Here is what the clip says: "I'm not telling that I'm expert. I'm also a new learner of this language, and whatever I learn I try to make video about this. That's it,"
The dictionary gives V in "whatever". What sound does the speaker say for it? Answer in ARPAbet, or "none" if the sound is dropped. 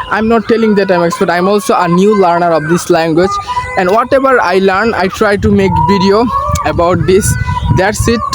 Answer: B